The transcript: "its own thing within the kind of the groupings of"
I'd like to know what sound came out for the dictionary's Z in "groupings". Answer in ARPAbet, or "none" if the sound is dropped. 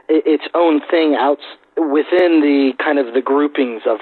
Z